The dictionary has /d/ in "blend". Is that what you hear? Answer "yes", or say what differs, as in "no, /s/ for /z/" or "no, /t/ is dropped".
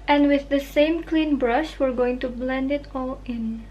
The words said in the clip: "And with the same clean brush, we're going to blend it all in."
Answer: yes